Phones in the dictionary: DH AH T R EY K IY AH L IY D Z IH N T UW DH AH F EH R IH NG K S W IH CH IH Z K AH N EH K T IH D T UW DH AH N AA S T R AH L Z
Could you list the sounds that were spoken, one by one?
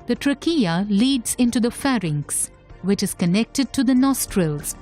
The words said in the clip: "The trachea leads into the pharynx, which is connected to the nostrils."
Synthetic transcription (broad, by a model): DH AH T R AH K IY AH L IY D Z IH N T UW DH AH F EH R IH NG K S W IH CH IH Z K AH N EH K T IH D T UW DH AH N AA S T R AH L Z